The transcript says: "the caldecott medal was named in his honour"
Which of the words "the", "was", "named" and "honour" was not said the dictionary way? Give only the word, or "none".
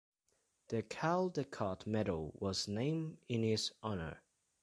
named